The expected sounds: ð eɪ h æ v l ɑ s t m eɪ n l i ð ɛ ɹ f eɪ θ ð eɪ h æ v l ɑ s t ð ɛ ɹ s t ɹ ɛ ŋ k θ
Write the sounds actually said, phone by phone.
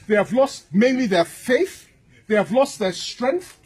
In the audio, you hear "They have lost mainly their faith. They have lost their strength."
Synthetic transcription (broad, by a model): ð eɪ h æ v l ɑ s t m eɪ n l i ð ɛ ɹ f eɪ θ ð eɪ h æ v l ɑ s t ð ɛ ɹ s t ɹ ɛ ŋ k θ